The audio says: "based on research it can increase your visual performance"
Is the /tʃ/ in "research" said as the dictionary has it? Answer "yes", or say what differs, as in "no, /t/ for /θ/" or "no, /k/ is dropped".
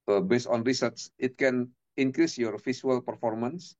no, /s/ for /tʃ/